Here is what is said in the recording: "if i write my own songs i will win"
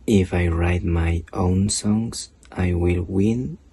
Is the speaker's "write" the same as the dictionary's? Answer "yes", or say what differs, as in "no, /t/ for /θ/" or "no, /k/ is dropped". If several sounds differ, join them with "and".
yes